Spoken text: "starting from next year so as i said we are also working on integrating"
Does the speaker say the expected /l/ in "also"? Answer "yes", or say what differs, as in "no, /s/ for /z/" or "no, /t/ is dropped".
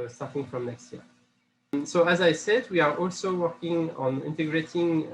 yes